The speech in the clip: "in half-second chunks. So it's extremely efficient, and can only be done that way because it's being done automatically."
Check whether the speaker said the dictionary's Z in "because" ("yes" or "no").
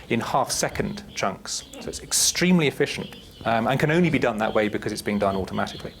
yes